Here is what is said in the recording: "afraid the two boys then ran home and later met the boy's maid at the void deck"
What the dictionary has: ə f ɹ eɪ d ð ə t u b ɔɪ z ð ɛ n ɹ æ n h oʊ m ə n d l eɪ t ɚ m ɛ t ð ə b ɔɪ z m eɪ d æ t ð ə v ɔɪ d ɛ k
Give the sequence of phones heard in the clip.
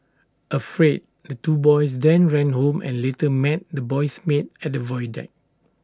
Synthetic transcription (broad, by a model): ə f ɹ eɪ d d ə t u b ɔɪ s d ɛ n ɹ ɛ n h oʊ m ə n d l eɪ t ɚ m ɛ t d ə b ɔɪ s m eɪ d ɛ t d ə v ɔɪ d ɛ k